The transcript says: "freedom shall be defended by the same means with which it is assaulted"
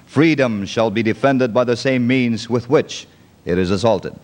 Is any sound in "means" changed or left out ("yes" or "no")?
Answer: no